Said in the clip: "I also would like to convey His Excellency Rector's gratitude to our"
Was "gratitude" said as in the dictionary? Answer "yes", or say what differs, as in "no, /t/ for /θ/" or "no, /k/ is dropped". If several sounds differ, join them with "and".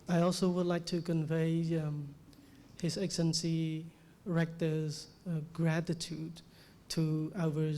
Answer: yes